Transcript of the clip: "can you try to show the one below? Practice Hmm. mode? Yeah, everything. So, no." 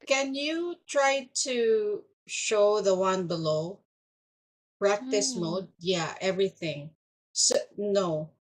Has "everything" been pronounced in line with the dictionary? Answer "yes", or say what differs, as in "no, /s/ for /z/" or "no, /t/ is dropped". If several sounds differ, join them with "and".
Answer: yes